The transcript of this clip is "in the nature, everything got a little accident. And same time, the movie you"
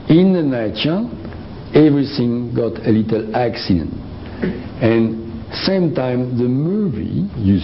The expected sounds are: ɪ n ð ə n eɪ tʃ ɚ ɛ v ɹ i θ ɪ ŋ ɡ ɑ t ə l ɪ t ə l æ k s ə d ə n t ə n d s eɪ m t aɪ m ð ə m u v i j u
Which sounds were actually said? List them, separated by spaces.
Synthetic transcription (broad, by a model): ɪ n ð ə n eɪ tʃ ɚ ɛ v ɹ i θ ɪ ŋ ɡ ɑ t ə l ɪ t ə l æ k s ə d ə n t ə n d s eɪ m t aɪ m ð ə m u v i j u